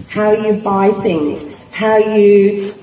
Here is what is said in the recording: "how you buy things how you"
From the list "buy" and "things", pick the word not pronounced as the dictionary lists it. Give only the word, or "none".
none